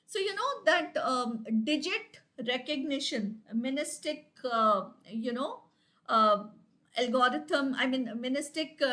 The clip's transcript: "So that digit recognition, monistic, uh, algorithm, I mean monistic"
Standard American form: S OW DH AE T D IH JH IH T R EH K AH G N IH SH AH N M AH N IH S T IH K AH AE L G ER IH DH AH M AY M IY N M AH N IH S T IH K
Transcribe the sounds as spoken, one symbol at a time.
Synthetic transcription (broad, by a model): S OW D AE T D IH JH IH T R EH K AH G N IH SH AH N M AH N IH S T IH K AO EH L G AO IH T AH M AY M IY N M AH N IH S T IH K